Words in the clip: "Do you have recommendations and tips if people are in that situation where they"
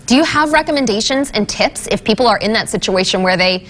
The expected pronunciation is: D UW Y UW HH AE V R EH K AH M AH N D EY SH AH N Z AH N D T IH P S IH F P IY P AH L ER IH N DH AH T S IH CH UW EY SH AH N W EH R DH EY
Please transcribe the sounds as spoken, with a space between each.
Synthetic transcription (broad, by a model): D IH Y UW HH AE V R EH K AH M AH N D EY SH AH N Z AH N T IH P S IH F P IY P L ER IH N DH AH T S IH CH UW EY SH AH N W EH R DH EY